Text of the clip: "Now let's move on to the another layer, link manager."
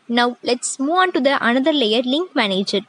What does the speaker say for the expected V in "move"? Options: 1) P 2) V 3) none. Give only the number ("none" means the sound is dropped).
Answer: 3